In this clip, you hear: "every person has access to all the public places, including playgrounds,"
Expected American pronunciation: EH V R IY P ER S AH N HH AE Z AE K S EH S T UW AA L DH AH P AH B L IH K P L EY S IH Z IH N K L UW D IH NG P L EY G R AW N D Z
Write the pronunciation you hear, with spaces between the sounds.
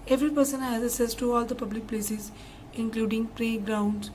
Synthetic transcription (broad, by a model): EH V R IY P ER S AH N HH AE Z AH S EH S T UW AA L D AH P AH B L IH K P L EY S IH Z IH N K L UW D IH NG P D EY G R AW N D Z